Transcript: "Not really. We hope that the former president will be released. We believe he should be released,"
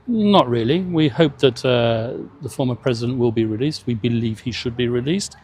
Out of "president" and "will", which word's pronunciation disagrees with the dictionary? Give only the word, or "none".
none